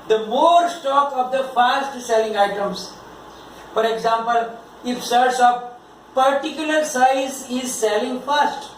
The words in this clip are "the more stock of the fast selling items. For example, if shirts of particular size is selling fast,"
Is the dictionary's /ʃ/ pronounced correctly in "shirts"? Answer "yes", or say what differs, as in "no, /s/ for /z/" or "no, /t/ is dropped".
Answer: no, /s/ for /ʃ/